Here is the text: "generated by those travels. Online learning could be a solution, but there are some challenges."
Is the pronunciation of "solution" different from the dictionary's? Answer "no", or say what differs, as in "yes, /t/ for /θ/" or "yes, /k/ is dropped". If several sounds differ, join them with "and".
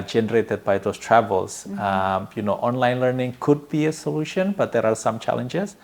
no